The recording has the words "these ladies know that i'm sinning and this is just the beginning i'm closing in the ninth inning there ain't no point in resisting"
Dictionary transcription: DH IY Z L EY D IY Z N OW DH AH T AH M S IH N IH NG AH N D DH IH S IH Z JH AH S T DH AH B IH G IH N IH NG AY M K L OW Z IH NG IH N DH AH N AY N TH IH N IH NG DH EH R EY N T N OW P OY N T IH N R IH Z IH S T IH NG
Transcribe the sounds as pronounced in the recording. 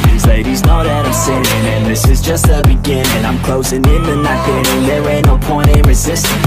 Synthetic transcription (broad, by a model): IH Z L EY D IY Z N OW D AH T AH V S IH IH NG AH N DH IH S IH Z JH AH S T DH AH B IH G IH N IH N AY M K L OW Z IH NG IH N DH AH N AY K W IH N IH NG DH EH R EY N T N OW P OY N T IH N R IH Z IH S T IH